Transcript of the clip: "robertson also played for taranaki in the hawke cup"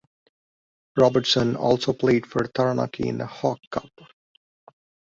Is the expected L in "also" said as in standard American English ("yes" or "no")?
yes